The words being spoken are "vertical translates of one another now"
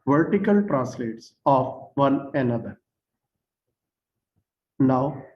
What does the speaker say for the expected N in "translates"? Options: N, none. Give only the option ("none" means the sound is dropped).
none